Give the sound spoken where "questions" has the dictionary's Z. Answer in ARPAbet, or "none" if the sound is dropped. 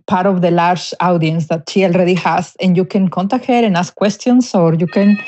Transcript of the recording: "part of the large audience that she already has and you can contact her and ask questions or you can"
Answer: S